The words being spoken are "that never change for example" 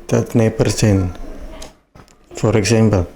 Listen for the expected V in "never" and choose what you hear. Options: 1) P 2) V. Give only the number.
1